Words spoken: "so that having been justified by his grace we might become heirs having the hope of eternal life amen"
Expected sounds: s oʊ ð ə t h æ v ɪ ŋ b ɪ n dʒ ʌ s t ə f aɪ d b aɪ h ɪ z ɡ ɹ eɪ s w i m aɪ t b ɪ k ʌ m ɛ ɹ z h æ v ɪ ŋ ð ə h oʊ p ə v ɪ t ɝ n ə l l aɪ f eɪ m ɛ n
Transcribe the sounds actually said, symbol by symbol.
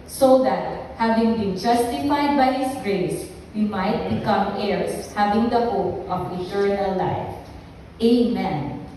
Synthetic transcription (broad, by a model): s oʊ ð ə t h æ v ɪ ŋ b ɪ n dʒ ʌ s t ə f aɪ d b aɪ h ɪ s ɡ ɹ eɪ s w i m aɪ t b ɪ k ʌ m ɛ ɹ s h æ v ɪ ŋ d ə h oʊ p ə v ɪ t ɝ n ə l l aɪ f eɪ m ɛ n